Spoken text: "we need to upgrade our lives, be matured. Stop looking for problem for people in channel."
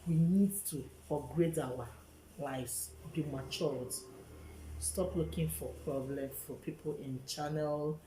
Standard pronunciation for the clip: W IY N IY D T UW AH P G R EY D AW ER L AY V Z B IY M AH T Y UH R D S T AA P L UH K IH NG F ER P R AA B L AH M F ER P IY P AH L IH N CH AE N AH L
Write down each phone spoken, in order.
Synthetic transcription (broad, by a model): W IY N IY D T UW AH G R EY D AW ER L AY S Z B IY M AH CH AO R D S T AA P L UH K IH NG F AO P R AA B L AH M F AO P IY P AH L IH N CH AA N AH L